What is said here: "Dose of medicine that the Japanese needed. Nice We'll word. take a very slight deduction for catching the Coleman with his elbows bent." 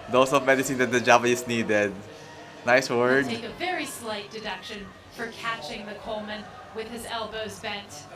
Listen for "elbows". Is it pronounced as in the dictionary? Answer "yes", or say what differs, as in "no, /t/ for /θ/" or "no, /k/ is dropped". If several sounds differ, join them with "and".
yes